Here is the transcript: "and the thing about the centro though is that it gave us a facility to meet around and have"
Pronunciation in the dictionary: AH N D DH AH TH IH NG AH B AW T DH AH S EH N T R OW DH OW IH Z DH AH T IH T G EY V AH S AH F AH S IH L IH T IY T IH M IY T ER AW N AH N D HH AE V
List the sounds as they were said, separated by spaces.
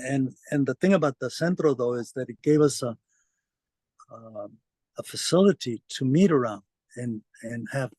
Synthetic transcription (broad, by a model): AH N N DH AH TH IH NG AH B AW T DH AH S EH N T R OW DH OW IH Z DH AH T IH T G EY V AH S AH F AH S IH L IH T IY T IH M IY T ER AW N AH N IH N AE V